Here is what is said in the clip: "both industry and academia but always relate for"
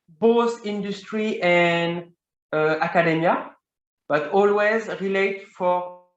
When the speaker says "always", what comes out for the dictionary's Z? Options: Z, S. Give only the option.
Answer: Z